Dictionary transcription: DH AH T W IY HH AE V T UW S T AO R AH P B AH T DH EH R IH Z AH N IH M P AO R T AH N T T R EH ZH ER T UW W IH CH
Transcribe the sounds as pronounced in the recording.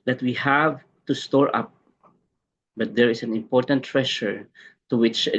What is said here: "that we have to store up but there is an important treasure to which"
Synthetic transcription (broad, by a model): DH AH T W IY HH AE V T UW S T AO R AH P B AH T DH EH R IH S AH N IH M P AO R T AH N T T R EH SH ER T UW W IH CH